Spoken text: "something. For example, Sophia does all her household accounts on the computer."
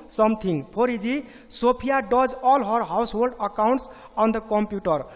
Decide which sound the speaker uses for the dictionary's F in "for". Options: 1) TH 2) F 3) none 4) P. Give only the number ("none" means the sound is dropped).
4